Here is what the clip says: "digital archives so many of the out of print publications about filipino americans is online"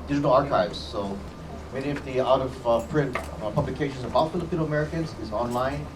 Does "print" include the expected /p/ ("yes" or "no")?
yes